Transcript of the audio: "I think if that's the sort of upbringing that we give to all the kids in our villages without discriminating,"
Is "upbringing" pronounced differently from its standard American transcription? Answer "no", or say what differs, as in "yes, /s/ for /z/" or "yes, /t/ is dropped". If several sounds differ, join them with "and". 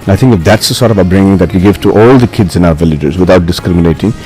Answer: yes, /p/ is dropped